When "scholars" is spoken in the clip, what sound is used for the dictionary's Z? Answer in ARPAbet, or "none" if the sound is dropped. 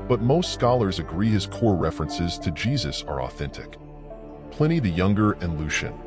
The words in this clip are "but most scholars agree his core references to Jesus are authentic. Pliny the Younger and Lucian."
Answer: Z